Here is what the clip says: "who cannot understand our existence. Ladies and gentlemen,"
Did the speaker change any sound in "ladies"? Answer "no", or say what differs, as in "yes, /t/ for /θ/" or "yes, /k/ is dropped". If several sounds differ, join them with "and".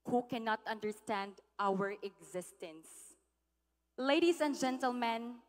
yes, /s/ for /z/